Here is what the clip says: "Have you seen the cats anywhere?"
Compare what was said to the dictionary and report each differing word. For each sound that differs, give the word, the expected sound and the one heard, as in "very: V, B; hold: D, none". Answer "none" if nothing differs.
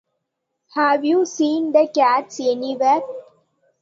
none